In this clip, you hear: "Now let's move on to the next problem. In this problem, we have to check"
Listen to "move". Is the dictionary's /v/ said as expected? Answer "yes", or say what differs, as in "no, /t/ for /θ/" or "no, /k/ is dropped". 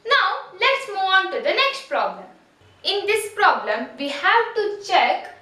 no, /v/ is dropped